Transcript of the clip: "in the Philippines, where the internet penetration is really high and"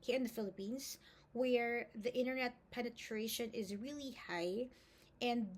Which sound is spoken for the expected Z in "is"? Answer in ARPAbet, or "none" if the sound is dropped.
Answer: Z